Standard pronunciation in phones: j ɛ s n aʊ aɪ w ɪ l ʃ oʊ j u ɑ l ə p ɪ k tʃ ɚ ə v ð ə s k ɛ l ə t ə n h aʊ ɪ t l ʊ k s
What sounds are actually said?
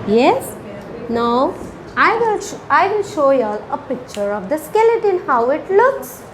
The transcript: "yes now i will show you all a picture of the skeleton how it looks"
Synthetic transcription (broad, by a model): j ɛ s n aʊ aɪ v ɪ l ʃ oʊ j ɑ l ə p ɪ k tʃ ɚ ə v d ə s k ɛ l ə t ə n h aʊ ɪ t l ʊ k s